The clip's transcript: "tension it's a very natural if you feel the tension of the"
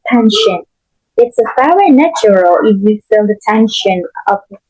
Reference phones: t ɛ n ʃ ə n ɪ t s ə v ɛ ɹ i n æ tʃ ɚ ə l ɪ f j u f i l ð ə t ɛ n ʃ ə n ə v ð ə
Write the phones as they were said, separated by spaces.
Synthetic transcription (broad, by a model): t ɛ n ʃ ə n ɪ t s ə f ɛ i n æ tʃ ɚ ə l ɪ f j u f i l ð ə t ɛ n ʃ ə n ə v